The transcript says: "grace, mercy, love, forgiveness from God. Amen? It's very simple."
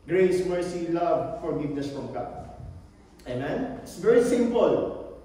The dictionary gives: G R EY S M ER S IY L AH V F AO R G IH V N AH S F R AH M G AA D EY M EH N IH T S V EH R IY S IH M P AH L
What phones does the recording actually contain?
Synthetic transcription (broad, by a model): G R EY S M ER S IY L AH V F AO R G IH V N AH S F R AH M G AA EY M EH N IH T S V EH R IY S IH M P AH L